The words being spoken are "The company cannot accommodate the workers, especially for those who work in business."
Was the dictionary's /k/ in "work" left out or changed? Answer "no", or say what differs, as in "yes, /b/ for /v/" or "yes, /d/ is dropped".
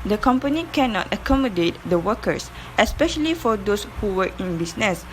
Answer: yes, /k/ is dropped